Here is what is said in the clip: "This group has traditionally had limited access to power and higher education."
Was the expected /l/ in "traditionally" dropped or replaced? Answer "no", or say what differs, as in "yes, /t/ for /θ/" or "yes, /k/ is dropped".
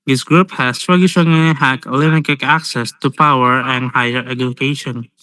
yes, /n/ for /l/